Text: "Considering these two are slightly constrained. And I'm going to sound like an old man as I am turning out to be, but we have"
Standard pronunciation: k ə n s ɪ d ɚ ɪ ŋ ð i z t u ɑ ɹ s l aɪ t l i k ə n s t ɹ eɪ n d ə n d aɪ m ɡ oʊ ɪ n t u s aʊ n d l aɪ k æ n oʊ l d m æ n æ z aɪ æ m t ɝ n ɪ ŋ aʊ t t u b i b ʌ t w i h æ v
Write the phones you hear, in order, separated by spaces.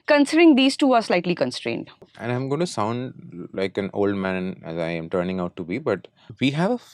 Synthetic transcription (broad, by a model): k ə n s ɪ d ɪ ŋ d i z t u ɑ ɹ s l aɪ t l i k ə n s t ɹ eɪ n d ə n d aɪ m ɡ oʊ ɪ n t u s aʊ n d l aɪ k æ n oʊ l d m æ n æ z aɪ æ m t ɝ n ɪ ŋ aʊ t t u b i b ʌ t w i h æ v